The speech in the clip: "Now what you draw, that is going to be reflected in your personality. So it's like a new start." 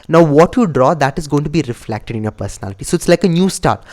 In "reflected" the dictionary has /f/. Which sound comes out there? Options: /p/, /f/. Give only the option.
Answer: /f/